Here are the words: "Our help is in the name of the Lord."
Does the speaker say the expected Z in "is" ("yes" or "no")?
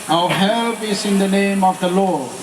no